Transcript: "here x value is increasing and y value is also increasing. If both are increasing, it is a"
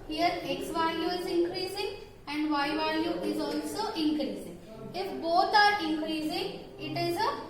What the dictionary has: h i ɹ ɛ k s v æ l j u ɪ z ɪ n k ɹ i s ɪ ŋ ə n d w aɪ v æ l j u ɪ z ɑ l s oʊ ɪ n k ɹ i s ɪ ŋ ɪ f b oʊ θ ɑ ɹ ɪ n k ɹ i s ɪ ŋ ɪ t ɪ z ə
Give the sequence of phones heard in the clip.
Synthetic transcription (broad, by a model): h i ɹ ɛ k s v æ l j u ɪ z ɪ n k ɹ i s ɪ ŋ ə n d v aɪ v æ l j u ɪ z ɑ l s oʊ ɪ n k ɹ i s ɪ ŋ ɪ f b oʊ t ɑ ɹ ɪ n k ɹ i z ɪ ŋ ɪ t ɪ z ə